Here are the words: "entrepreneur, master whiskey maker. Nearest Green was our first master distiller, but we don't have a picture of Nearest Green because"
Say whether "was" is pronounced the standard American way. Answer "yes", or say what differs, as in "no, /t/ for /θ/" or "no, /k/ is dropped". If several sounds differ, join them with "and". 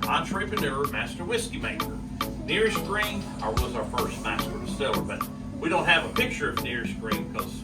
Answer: yes